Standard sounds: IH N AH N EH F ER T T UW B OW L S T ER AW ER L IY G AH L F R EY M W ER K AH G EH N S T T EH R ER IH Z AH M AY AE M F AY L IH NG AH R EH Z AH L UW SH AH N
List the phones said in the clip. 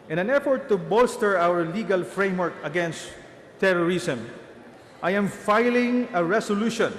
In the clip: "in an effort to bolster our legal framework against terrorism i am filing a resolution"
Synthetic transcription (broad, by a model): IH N AH N EH F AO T T UW B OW L S T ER AW ER L IY G AH L F R EY M W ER K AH G EH N S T T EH R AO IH S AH M AY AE M F AY L IH NG AH R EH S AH L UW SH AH N